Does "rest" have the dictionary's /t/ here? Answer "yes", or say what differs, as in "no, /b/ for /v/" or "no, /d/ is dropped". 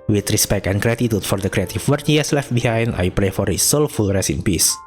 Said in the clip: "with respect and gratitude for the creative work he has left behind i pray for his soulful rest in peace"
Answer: no, /t/ is dropped